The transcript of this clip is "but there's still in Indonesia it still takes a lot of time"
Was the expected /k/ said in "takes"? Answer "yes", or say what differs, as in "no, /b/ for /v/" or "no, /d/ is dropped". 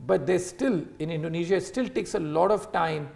yes